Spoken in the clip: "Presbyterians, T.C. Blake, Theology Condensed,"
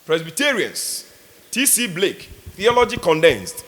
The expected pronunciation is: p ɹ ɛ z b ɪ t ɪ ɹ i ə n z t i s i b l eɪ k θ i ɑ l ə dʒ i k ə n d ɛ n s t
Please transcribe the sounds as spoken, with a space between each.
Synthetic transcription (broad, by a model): p ɹ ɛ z b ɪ t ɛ ɹ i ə n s t i s i b l eɪ k θ i ɑ l ə dʒ i k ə n d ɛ n s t